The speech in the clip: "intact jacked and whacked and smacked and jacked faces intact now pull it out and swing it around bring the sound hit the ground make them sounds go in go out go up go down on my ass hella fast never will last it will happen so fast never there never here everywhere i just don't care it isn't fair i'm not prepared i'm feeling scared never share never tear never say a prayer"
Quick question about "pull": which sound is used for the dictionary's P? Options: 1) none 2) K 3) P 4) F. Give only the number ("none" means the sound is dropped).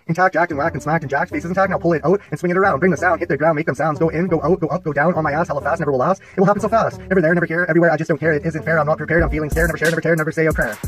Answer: 3